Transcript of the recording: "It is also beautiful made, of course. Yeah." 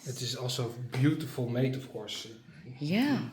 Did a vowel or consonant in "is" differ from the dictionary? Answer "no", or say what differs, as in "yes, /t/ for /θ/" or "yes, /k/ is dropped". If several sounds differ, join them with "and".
yes, /s/ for /z/